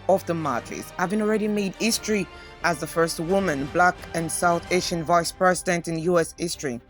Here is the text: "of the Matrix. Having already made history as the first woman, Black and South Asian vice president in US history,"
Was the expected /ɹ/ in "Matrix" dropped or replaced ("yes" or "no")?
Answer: yes